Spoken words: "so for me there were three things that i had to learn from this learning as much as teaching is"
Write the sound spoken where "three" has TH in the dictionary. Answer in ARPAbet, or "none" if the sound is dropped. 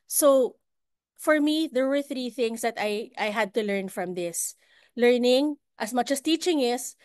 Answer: TH